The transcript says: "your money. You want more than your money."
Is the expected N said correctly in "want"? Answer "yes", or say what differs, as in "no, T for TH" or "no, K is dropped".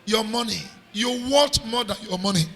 no, N is dropped